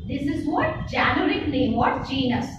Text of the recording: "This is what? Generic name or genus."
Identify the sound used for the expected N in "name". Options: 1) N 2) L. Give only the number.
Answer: 2